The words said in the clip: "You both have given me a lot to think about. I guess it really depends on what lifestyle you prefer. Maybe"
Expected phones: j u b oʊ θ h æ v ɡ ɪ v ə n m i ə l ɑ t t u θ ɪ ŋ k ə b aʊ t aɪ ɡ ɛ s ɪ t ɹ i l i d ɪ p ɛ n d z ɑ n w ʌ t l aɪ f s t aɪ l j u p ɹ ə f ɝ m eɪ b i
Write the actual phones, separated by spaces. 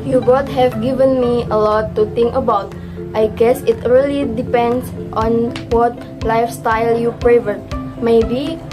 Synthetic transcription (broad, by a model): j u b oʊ t h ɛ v ɡ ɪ v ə n m i ə l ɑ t t u t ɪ ŋ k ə b aʊ t aɪ ɡ ɛ s ɪ t ɹ i l i d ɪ p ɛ n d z ɑ n w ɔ t l aɪ f s t aɪ l j u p ɹ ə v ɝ m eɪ b i